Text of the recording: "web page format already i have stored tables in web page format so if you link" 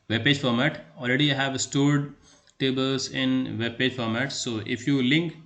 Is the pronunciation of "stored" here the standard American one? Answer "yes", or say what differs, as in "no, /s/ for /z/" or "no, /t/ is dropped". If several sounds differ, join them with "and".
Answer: yes